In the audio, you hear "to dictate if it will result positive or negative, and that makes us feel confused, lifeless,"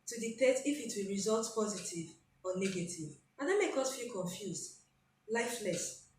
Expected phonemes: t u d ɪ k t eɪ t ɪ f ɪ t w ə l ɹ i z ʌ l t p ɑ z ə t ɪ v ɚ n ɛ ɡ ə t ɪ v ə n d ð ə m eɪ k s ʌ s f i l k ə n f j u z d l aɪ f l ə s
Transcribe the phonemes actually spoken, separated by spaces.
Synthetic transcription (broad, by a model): t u d ɪ k t eɪ t ɪ f ɪ t w ə l ɹ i z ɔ l t p ɑ z ə t ɪ v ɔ n ɛ ɡ ə t ɪ v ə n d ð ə m eɪ k ʌ s f i l k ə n f j u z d l aɪ f l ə s